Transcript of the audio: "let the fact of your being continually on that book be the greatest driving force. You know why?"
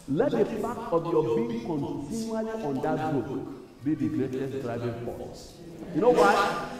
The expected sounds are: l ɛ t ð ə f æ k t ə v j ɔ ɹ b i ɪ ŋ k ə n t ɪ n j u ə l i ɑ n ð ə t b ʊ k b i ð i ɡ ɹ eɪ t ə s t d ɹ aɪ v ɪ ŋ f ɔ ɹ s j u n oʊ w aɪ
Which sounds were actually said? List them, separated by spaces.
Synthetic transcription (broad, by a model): l ɛ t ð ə p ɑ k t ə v j ɔ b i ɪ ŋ k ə n t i n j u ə l i ɑ n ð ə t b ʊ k b i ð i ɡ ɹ eɪ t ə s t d ɹ aɪ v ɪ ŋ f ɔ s j u n oʊ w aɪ